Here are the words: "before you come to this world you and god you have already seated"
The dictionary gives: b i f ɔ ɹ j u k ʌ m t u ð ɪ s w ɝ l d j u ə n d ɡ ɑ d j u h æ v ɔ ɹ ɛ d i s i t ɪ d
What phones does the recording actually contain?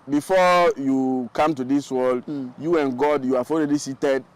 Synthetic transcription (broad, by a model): b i f ɔ j u k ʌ m t u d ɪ s w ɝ l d j u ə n ɡ ɑ d j u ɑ f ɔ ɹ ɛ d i s i t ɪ d